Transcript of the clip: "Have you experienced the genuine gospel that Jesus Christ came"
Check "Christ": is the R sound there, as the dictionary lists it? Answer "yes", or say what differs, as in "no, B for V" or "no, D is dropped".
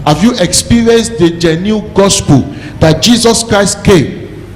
yes